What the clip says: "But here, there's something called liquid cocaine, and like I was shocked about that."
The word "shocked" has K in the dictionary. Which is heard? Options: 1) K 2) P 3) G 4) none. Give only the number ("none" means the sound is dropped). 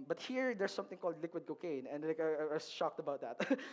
1